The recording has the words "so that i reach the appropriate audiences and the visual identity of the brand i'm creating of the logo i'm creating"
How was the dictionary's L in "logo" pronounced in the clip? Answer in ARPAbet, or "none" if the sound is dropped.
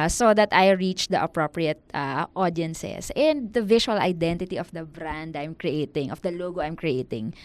L